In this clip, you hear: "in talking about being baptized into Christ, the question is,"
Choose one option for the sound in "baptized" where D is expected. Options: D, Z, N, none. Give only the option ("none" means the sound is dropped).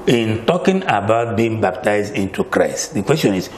D